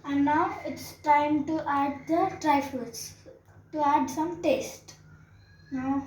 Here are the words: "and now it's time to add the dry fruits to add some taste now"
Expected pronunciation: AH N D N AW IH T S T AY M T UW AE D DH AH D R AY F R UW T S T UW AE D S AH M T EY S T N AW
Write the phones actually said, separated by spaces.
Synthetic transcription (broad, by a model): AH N N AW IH T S T AY M T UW AE D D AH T R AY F AH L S T UW AE D S AH M T EY S T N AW